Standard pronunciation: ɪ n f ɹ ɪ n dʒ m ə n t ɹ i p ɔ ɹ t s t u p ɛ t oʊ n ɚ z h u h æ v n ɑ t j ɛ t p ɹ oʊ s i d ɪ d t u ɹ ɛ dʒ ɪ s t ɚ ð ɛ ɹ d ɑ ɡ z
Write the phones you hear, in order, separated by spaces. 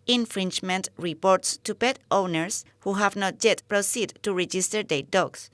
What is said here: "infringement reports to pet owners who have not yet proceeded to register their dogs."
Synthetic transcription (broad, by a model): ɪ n f ɹ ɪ n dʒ m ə n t ɹ i p ɔ ɹ t s t u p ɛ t oʊ n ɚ s h u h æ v n ɑ t j ɛ t p ɹ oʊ s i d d t u ɹ ɛ dʒ ɪ s t ɚ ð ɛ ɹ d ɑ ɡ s